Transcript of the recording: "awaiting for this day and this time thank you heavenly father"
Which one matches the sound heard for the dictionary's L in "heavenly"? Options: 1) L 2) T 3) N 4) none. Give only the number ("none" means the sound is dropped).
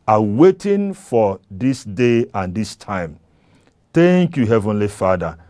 1